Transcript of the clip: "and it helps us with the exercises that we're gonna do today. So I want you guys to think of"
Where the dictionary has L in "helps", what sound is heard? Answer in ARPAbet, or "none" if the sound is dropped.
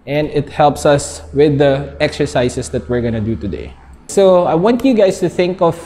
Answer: L